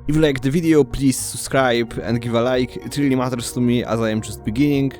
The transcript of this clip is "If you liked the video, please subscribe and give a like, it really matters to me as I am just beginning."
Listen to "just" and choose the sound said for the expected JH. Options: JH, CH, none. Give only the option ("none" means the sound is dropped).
CH